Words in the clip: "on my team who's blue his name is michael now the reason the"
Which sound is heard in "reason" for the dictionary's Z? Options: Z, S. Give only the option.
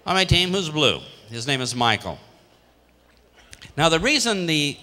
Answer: Z